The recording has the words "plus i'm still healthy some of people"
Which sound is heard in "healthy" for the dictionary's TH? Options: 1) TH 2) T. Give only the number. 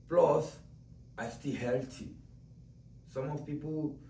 2